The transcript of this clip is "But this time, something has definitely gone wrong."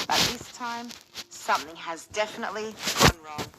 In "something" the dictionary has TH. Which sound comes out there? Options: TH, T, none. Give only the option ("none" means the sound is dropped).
TH